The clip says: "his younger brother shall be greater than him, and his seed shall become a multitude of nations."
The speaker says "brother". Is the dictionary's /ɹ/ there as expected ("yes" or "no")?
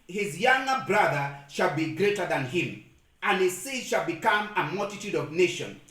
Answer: yes